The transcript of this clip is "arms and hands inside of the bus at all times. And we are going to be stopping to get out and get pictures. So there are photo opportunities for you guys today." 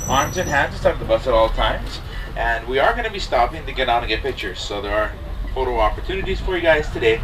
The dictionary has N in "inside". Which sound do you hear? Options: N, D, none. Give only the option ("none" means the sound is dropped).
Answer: none